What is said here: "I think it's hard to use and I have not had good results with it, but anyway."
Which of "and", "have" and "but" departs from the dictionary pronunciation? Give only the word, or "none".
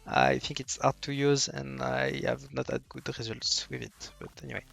none